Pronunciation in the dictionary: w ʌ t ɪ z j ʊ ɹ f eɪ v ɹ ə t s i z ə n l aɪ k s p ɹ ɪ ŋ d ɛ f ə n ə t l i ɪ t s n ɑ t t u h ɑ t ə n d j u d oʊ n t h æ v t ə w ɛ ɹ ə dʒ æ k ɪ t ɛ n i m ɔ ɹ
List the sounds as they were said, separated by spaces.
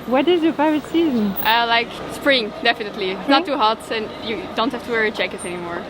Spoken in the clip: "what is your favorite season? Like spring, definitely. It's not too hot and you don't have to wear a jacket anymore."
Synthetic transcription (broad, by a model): w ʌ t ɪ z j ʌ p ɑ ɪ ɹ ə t s i z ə n l aɪ k s p ɹ ɪ ŋ d ɛ f ə n ə t l i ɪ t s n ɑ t t u h ɑ t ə n j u d oʊ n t h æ f t ə w ɛ ɹ ə tʃ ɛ k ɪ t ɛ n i m ɔ ɹ